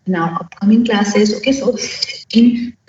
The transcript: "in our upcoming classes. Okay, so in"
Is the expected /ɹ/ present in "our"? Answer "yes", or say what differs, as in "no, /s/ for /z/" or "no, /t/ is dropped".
no, /w/ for /ɹ/